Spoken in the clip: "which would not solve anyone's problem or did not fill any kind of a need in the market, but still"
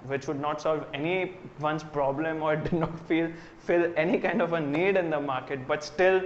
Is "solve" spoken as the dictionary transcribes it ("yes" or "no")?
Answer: yes